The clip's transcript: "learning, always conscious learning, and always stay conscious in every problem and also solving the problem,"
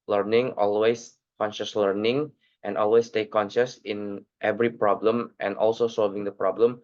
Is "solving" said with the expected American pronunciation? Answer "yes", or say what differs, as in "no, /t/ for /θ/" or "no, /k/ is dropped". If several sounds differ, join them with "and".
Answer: yes